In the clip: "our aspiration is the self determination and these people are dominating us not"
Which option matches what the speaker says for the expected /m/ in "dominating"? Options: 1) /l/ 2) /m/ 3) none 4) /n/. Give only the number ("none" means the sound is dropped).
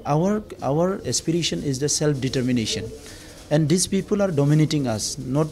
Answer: 2